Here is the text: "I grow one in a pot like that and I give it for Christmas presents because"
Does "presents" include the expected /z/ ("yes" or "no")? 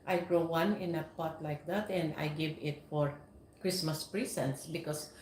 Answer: no